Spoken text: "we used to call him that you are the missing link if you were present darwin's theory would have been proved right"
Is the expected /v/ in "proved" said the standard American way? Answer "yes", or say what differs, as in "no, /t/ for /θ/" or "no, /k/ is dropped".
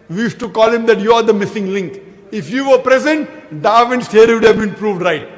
yes